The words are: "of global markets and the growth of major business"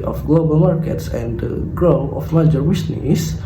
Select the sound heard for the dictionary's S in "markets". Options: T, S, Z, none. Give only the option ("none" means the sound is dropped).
S